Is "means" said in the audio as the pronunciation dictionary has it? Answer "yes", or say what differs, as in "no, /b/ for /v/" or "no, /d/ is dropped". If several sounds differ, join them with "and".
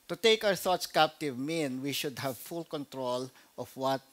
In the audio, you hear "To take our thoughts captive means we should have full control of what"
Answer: no, /z/ is dropped